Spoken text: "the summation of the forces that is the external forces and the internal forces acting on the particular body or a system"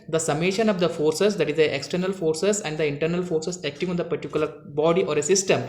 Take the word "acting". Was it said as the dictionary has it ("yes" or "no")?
yes